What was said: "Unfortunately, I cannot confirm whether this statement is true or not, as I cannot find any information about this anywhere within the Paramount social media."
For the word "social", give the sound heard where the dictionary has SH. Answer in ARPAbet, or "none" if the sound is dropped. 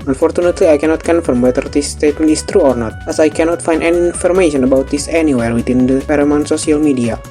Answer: S